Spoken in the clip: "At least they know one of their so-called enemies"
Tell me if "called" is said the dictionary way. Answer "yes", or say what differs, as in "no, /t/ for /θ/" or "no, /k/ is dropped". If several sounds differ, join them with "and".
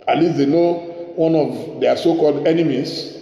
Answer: yes